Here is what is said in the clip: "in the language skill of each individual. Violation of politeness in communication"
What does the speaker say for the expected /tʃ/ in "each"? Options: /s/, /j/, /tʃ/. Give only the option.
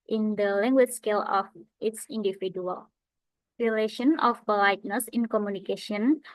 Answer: /s/